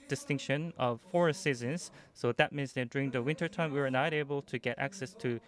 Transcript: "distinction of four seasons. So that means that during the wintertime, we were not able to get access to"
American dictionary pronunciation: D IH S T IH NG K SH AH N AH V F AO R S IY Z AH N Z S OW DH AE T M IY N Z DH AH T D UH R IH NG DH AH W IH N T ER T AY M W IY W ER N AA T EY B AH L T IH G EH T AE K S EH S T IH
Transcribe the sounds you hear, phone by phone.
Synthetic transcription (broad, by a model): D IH S T IH NG K SH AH N AH V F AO R S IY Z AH N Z S OW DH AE T M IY N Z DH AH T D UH R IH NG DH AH W IH N T ER T AY M W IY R N AA T EY B AH L T IH G EH T AE K S EH S T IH